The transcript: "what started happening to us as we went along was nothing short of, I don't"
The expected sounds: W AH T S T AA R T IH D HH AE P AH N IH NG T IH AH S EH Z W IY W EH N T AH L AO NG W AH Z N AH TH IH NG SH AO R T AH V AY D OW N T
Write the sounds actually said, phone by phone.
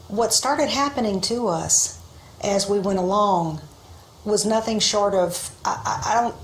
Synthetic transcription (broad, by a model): W AH T S T AA R T IH D HH AE P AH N IH NG T IH AH S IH Z W IY W EH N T AH L AO NG W AH Z N AH TH IH NG SH AO R T AH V AY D OW N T